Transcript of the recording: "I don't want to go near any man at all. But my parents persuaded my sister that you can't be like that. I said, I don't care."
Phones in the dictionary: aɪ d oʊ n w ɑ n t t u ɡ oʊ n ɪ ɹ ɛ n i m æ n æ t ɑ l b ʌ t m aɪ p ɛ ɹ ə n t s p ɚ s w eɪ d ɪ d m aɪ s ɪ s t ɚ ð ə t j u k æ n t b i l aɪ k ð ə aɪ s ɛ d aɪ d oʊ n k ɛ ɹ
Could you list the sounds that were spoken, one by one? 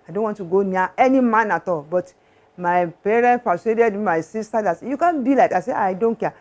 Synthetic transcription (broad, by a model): aɪ d oʊ n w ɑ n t t u ɡ oʊ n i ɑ ɛ n i m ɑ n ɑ t ɑ l b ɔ t m aɪ p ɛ ɹ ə n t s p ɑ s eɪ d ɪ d m aɪ s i s t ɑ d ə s j u k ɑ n b i l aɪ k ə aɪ s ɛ aɪ d oʊ n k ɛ